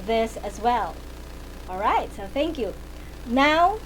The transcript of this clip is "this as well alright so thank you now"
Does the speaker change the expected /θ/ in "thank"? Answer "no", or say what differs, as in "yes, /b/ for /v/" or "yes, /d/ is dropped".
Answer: no